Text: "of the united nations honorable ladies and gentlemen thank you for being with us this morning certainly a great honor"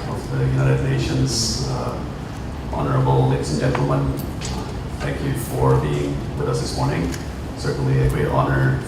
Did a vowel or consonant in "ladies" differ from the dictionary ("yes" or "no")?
yes